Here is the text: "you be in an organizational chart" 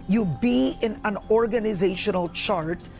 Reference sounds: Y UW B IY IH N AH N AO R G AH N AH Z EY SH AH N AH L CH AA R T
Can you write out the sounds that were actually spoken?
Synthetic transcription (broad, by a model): Y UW B IY IH N AH N AO R G AH N AH Z EY SH AH N AH L CH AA R T